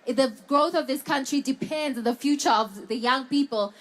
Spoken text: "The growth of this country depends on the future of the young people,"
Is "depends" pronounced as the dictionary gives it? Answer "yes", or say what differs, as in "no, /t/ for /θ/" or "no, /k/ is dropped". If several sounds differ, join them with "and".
yes